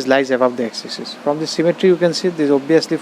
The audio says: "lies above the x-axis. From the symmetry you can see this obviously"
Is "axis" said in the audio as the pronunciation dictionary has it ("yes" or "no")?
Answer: no